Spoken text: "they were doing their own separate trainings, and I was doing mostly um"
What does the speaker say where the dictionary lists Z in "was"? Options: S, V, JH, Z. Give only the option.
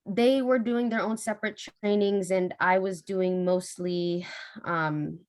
Z